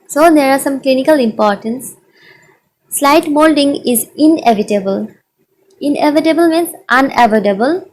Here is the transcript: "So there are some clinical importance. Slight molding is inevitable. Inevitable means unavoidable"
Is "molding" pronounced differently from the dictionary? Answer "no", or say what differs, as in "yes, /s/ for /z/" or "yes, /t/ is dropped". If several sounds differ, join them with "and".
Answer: no